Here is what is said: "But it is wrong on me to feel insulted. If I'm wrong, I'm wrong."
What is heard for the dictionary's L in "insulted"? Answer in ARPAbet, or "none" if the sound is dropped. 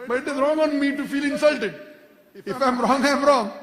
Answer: L